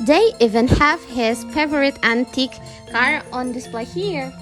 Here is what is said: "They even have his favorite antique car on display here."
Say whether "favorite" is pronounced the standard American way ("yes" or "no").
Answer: no